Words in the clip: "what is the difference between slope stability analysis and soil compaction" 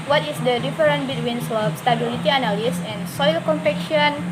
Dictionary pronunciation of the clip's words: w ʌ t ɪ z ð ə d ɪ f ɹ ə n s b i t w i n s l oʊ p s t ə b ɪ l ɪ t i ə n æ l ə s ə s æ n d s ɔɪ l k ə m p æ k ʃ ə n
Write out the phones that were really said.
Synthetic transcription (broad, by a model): w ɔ t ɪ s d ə d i f ɹ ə n b i t w i n s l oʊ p s t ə b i l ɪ t i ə n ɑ l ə s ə n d s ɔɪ l k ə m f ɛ k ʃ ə n